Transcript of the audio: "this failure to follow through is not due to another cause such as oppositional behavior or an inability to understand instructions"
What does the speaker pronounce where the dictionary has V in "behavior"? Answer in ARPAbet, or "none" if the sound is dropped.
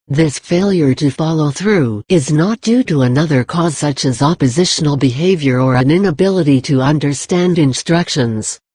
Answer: V